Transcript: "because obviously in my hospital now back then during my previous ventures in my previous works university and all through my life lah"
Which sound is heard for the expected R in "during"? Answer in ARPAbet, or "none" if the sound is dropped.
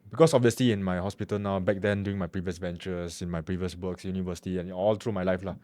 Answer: none